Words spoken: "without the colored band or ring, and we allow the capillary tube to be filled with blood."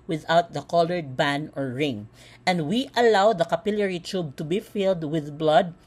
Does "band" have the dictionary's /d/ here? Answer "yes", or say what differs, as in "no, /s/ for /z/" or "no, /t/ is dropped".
no, /d/ is dropped